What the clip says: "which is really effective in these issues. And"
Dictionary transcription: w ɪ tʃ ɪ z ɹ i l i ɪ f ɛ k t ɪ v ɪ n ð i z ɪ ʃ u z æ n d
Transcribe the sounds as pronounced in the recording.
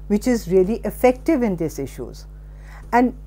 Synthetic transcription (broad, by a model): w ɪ tʃ ɪ z ɹ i l i ɪ f ɛ k t ɪ v ɪ n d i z ɪ ʃ u z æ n d